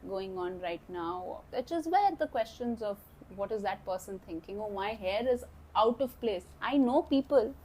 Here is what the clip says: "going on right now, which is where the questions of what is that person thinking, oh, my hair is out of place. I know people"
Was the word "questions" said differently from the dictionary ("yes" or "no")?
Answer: no